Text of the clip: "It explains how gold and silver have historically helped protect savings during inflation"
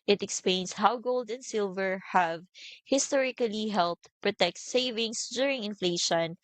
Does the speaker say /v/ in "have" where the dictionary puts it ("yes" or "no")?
yes